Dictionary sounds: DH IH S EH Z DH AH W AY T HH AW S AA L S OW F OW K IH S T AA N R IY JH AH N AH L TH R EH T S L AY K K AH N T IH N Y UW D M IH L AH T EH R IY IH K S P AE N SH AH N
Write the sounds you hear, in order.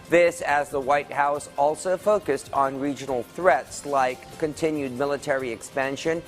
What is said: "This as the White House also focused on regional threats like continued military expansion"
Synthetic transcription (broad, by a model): DH IH S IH Z DH AH W AY T HH AW S AA L S OW F OW K IH S T N R IY JH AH N L TH R EH T S L AY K K AH N T IH N Y UW D M IH L AH T EH R IY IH K S P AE N SH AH N